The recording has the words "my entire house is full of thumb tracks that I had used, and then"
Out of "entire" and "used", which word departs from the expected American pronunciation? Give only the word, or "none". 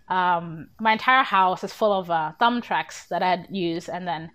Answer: used